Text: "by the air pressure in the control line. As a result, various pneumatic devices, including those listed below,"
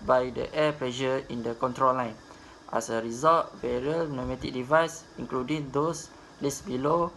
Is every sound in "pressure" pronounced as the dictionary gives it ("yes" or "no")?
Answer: no